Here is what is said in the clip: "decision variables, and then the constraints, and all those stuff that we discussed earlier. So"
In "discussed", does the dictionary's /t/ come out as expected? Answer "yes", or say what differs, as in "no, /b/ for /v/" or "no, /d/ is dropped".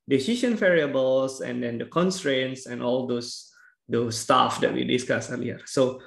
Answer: no, /t/ is dropped